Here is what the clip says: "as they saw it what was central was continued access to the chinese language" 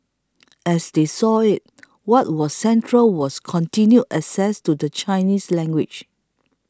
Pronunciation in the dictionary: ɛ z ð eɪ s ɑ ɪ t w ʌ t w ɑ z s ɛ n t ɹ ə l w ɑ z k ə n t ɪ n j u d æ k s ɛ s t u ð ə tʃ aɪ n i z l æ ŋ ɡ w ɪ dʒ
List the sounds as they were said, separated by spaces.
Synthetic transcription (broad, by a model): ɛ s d eɪ s ɑ ɪ t w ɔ t w ɑ s ɛ n t ɹ ə l w ɑ s k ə n t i n j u æ s ɛ s t u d ə tʃ aɪ n i s l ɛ ŋ ɡ w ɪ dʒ